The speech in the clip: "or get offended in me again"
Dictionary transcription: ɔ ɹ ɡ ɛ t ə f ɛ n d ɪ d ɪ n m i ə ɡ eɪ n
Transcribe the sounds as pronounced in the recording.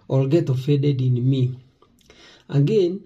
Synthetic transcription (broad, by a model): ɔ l ɡ ɛ t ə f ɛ d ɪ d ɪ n m i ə ɡ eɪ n